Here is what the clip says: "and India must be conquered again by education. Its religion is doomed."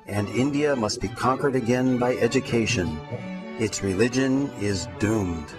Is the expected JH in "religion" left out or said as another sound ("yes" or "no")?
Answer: no